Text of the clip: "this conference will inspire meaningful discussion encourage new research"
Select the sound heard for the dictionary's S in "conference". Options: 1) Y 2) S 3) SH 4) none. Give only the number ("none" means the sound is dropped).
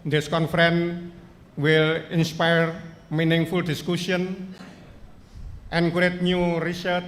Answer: 4